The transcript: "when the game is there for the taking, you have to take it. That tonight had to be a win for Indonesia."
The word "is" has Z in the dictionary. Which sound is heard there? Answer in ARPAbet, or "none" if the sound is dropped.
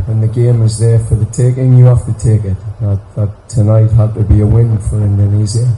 Z